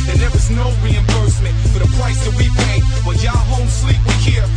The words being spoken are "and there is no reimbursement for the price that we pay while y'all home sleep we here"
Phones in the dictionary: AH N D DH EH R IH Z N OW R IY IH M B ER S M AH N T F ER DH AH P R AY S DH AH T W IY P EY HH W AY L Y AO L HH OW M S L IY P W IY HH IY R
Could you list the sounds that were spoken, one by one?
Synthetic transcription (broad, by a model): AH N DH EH R IH Z N OW R IY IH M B ER S M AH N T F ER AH P R AY S DH AH T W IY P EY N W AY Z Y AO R HH OW M S L IY P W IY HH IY R